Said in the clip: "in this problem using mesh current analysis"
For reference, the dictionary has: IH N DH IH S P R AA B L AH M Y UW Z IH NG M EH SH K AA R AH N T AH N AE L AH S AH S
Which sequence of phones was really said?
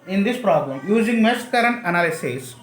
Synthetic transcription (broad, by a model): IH N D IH S P R AA B L AH M Y UW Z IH NG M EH S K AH R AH N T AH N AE L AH S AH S